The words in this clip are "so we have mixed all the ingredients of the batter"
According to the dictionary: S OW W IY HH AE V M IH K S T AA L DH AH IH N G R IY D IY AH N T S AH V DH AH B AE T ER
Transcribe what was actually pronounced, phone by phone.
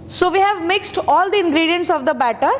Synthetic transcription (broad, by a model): S OW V IY HH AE V M IH K S T AA L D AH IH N G R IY D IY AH N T S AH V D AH B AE T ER